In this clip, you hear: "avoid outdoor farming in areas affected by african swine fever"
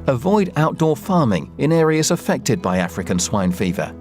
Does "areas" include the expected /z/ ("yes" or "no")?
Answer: yes